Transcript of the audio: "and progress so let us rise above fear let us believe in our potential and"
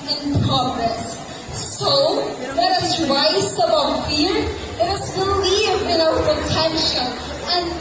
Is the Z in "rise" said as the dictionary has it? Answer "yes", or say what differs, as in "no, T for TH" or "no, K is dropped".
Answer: no, S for Z